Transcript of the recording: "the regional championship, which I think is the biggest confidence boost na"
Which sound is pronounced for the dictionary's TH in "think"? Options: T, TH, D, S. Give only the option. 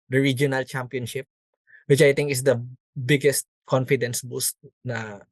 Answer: T